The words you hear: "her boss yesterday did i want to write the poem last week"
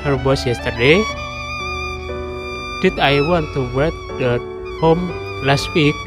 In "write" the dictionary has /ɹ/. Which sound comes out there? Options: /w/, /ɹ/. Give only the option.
/w/